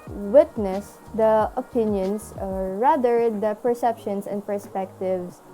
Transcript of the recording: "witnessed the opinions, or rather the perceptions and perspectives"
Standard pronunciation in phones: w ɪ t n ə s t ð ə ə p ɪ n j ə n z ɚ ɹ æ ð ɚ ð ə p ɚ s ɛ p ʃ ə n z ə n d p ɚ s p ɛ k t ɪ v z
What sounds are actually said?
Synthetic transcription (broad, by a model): w ɪ t n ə s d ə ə p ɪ n j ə n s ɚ ɹ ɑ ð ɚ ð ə p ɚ s ɛ p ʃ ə n s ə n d p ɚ s p ɛ k t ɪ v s